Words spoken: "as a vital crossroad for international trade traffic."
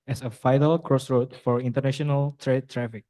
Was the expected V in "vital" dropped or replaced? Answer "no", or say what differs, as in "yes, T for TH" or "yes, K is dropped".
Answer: yes, F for V